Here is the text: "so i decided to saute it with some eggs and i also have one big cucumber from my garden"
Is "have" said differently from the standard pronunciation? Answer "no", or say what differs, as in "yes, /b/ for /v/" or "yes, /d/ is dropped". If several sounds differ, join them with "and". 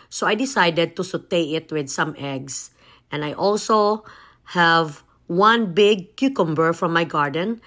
no